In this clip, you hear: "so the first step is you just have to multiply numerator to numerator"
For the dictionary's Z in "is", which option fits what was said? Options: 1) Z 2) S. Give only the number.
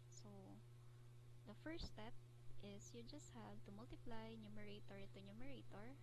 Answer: 2